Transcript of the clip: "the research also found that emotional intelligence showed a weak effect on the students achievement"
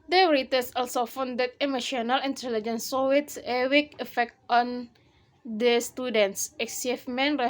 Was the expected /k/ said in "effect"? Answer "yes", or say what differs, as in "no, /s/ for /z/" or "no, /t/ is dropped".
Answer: yes